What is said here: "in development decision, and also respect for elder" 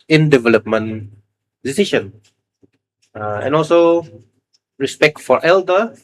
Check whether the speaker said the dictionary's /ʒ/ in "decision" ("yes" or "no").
no